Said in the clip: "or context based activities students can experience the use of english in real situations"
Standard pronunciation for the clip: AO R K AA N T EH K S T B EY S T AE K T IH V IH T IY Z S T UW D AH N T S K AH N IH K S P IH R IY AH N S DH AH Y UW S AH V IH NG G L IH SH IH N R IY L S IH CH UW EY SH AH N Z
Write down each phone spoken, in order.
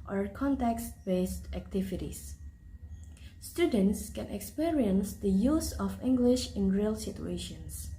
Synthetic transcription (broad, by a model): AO R K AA N T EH K S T B EY S T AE K T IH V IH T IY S S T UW D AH N T S K AH N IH K S P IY R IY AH N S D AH Y UW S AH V IH NG G L IH SH IH N R IY L S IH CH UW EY SH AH N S